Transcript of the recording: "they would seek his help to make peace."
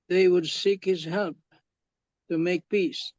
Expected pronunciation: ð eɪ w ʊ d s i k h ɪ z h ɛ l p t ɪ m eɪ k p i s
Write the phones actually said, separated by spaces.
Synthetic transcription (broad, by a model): ð eɪ w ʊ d s i k h ɪ z h ɛ l p t ɪ m eɪ k p i s